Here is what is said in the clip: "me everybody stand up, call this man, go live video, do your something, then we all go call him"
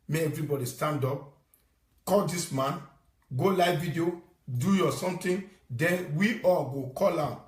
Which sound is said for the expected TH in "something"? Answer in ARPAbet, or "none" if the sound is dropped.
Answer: T